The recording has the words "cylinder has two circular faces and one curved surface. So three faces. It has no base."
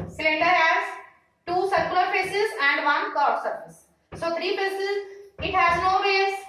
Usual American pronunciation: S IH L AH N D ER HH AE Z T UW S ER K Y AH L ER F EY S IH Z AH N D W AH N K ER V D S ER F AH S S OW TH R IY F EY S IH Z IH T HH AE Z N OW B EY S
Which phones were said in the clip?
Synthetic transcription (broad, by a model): S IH L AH N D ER HH AE Z T UW S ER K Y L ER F EY S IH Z AH N D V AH N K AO D S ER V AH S S OW T R IY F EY S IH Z IH T HH AE Z N OW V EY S